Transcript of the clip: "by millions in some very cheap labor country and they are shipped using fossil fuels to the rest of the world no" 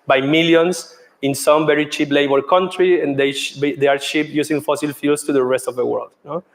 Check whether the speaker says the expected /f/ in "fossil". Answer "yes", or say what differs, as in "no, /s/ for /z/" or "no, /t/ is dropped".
yes